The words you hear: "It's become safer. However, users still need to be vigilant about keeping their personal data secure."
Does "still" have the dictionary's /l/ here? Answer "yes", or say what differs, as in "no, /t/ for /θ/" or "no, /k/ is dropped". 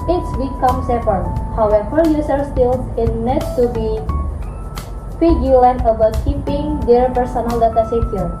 no, /n/ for /l/